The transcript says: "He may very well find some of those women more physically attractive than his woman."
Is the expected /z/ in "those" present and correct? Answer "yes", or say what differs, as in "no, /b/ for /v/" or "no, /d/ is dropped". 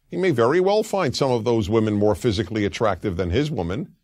yes